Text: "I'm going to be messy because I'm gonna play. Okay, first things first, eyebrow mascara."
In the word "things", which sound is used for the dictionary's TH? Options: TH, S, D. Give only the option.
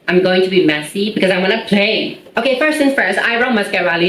S